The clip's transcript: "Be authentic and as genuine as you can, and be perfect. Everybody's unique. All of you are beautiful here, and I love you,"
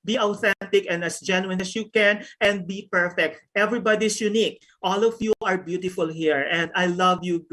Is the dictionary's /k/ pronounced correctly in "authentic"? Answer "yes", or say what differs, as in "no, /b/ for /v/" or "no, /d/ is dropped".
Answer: yes